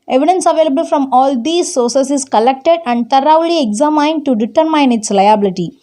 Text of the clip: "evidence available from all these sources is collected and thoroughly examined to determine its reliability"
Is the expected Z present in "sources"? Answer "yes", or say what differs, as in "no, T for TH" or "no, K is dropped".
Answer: no, S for Z